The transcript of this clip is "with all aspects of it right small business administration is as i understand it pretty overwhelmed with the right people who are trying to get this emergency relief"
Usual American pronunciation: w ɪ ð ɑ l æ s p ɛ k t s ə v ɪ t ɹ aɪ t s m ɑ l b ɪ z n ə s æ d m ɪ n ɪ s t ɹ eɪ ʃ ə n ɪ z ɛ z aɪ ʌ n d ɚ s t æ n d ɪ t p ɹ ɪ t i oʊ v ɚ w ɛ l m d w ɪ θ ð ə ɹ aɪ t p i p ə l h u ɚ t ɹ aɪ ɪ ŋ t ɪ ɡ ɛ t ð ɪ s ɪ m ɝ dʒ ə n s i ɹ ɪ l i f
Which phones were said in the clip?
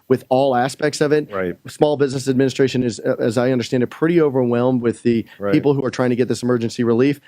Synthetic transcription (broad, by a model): w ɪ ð ɑ l æ s p ɛ k t s ə v ɪ t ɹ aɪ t s m ɑ l b ɪ z n ə s æ d m ɪ n ɪ s t ɹ eɪ ʃ ə n ɪ z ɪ z aɪ ʌ n d ɚ s t æ n d ɪ t p ɹ ɪ t i oʊ v ɚ w ɛ l m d w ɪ ð ə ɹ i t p p l h u ɚ t ɹ aɪ ɪ ŋ t ɪ ɡ ɛ t ð ɪ s ɪ m ɝ dʒ ə n s i ɹ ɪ l i f